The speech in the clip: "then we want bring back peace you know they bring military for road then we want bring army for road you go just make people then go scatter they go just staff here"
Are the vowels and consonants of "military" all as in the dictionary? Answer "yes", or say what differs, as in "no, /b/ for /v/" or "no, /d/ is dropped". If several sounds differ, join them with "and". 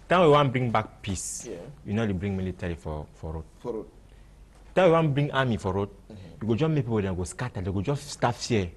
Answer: no, /l/ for /ɹ/